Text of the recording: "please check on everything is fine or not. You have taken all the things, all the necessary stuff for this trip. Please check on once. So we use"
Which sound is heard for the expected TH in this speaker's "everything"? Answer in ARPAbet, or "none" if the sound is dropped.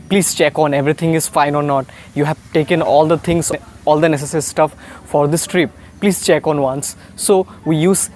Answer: T